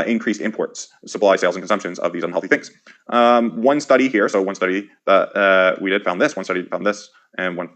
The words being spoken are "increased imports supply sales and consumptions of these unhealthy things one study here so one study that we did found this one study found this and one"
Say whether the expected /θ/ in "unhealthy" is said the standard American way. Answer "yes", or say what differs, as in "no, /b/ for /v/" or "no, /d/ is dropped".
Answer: yes